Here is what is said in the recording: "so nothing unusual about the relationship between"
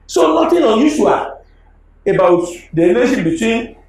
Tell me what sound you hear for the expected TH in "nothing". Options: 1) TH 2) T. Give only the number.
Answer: 2